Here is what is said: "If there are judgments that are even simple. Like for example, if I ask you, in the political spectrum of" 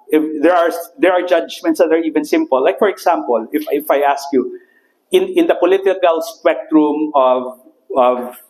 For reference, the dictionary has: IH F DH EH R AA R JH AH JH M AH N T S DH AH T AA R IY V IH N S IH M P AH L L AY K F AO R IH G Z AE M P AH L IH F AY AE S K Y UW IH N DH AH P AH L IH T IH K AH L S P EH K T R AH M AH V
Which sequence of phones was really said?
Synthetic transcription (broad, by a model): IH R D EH R AA R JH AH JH M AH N T S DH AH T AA R IY V IH N S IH M P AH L L AY K F AO R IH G S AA M P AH L IH F AY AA S K Y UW IH N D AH P AH L IH T IH K AH L S P EH K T R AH M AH V